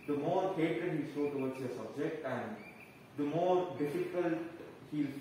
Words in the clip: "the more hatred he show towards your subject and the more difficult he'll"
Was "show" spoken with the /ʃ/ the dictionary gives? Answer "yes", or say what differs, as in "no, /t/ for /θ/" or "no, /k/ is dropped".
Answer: no, /s/ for /ʃ/